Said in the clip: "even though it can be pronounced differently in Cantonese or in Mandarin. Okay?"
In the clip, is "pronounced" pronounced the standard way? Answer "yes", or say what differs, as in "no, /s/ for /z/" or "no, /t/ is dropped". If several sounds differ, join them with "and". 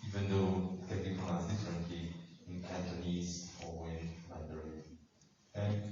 no, /ɹ/ is dropped